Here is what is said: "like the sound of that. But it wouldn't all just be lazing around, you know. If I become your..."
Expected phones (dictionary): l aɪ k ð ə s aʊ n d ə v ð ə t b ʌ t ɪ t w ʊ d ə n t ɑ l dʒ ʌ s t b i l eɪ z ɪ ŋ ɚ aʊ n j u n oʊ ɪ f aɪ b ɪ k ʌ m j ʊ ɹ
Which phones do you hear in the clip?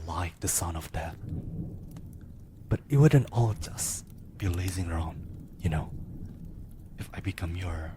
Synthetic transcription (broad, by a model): l aɪ k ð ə s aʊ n ə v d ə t b ʌ t ɪ t w ʊ d ə n t ɑ l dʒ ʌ s b i l eɪ z ɪ ŋ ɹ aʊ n j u n oʊ ɪ f aɪ b ɪ k ʌ m j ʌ ɹ